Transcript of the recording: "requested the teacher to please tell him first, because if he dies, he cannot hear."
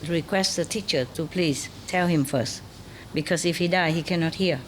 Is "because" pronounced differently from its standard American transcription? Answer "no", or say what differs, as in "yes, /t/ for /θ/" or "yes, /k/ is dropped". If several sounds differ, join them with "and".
yes, /s/ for /z/